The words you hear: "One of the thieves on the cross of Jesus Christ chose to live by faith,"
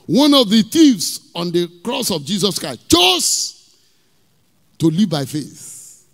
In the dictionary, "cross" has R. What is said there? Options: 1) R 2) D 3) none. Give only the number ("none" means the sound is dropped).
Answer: 1